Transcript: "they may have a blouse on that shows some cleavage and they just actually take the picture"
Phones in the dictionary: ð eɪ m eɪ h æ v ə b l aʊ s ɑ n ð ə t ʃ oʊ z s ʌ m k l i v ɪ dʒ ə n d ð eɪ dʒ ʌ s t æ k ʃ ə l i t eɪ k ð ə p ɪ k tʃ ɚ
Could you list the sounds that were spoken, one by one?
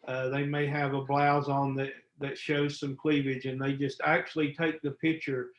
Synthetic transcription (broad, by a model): ð eɪ m eɪ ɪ v ə b l aʊ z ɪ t ð ə t ʃ oʊ z s ʌ m k l i v ɪ dʒ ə n ð eɪ dʒ ʌ s t æ k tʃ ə l i t eɪ k ð ə p ɪ k tʃ ɚ